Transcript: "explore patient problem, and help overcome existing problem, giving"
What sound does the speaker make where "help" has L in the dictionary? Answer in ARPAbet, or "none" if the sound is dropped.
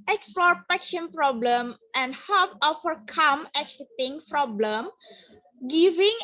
none